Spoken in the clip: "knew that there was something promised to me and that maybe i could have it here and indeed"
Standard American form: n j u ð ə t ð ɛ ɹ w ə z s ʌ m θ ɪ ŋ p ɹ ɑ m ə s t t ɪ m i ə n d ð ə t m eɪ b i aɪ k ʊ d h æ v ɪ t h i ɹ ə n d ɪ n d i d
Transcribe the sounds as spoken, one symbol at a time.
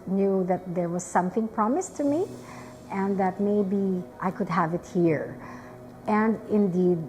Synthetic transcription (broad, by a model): n j u ð ə t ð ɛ ɹ w ə z s ʌ m θ ɪ ŋ p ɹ ɑ m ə s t t ɪ m i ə n ð ə t m eɪ b i aɪ k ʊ d h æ v ɪ t h i ɹ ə n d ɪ n d i d